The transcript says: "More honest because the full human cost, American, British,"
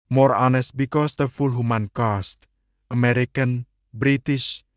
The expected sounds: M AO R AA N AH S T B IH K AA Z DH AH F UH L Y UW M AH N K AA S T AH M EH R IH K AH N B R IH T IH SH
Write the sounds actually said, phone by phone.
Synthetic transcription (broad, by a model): M AO R AA N AH S T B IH K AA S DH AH F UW L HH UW M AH N K AA S T AH M EH R IH K AH N B R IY T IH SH